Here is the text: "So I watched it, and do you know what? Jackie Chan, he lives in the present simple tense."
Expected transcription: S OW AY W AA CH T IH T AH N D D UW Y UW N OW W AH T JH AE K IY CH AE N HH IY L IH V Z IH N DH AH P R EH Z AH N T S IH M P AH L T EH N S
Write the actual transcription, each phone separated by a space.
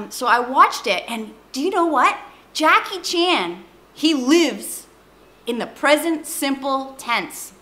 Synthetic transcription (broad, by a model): S OW AY W AA CH T IH T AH N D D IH Y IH N OW W AH T JH AE K IY CH AE N IY L IH V Z IH N DH AH P R EH Z AH N T S IH M P L T EH N S